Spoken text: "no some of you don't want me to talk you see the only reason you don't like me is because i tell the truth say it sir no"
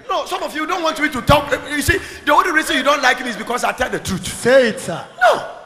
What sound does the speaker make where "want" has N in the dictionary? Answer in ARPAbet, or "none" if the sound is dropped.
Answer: N